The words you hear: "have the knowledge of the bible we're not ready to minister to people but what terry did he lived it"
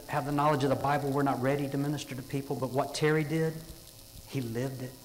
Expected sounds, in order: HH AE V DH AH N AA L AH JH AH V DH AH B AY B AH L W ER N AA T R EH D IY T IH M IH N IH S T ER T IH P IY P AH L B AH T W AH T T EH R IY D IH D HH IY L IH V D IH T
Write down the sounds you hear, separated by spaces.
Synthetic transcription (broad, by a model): HH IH V DH AH N AA L AH JH AH V DH AH B AY B L W ER N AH T R EH D IY T IH M IH N IH S T ER T IH P IY P L B AH T W AH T T EH R IY D IH D HH IY L IH V D IH T